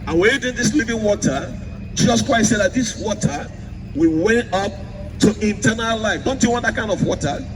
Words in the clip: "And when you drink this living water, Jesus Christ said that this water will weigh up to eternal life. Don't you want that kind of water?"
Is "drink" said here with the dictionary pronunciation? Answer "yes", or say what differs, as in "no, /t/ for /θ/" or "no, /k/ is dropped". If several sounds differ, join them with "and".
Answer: no, /ɹ/ is dropped